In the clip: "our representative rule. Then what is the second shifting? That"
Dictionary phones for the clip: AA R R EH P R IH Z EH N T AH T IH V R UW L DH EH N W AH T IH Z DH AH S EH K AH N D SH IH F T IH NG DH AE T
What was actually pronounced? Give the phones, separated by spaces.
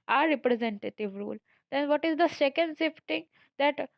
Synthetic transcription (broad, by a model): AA R R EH P R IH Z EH N T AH T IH V R UW L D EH N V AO T IH Z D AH S EH K AH N D S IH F T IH NG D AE T